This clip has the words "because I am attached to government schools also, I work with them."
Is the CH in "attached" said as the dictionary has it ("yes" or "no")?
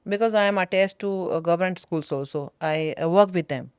no